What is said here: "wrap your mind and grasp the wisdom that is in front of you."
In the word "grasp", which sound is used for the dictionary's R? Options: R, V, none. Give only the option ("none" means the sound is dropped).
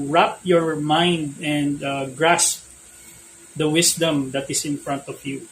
R